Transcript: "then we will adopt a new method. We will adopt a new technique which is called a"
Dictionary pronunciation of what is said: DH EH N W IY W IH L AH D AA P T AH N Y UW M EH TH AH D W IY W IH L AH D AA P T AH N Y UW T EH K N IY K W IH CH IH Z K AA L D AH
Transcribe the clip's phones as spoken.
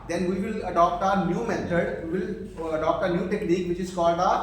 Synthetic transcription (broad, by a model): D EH N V IY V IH L AH D AA P T AH N Y UW M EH T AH D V IY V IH L AH D AA P T AH N Y UW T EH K L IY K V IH CH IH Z K AA L D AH